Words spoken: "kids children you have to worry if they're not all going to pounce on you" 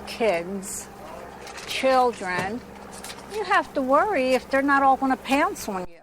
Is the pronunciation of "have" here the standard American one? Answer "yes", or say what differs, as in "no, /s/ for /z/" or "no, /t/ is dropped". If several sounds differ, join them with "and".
no, /f/ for /v/